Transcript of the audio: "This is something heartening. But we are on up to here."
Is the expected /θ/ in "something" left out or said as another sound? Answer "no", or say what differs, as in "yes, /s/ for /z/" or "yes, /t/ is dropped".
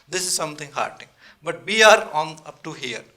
yes, /t/ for /θ/